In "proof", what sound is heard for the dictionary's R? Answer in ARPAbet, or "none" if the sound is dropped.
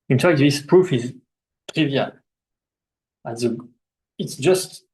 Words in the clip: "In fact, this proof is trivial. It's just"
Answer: R